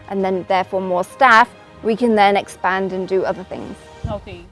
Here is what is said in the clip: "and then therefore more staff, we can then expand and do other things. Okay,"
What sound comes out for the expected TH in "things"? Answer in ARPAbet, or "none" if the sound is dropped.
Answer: TH